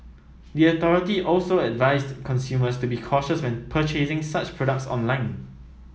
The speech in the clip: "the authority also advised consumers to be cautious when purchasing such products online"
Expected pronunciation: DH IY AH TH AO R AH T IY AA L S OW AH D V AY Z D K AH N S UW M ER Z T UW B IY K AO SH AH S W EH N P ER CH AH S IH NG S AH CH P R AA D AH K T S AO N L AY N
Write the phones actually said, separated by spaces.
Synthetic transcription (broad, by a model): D IY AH T AO R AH T IY AA L S OW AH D V AY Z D K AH N S UW M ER S T UW B IY K AO SH AH S W EH N P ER CH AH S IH NG S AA CH P R AA D AH K T S AO N L AY N